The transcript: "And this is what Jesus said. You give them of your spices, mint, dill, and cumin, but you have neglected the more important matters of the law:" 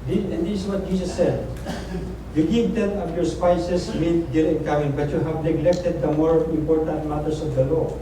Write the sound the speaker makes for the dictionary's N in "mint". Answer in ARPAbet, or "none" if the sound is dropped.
none